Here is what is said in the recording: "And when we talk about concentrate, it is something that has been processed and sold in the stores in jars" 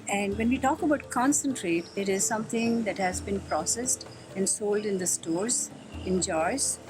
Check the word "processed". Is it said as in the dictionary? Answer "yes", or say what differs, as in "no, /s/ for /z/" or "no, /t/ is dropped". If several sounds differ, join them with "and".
yes